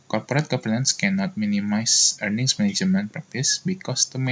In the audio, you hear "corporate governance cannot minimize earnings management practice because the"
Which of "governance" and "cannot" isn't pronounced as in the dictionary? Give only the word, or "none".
governance